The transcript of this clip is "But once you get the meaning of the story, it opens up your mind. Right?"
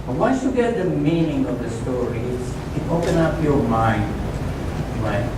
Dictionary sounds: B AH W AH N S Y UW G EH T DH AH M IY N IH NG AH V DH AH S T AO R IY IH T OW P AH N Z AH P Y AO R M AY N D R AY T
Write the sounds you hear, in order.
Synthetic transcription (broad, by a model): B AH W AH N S Y UW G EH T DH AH M IY N IH NG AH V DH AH S T AO R IY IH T OW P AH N AH P Y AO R M AY N D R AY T